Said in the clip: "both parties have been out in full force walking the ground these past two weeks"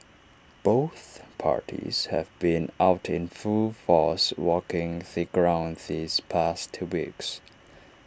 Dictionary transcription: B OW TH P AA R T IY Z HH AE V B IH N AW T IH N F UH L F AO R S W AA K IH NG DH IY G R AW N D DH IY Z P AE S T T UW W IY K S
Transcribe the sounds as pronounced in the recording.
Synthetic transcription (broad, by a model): B OW TH P AA R T IY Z HH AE V B IH N AW T IH N F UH L F AO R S W AA K IH NG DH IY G R AW N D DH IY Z P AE S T T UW W IY K S